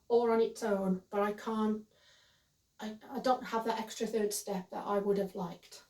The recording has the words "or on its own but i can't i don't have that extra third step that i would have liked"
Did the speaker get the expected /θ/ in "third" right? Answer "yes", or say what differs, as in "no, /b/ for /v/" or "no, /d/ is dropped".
yes